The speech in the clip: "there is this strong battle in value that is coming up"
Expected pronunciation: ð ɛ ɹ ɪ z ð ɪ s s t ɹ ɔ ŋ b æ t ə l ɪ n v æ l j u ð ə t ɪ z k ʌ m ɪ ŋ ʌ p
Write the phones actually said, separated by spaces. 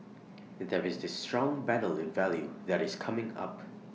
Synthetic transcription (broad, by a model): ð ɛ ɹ ɪ z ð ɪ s s t ɹ ɔ ŋ b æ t l ɪ n v æ l j u ð ə t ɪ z k ʌ m ɪ ŋ ʌ p